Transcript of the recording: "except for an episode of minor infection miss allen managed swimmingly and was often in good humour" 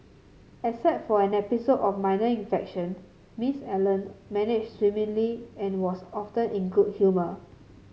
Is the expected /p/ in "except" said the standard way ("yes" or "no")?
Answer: no